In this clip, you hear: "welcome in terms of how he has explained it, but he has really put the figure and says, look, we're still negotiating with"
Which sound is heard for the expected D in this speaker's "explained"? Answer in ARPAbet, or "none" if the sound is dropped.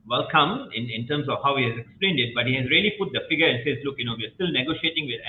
D